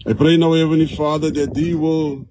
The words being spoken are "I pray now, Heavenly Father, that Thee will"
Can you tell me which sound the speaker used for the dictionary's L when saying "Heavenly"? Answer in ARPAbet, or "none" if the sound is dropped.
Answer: none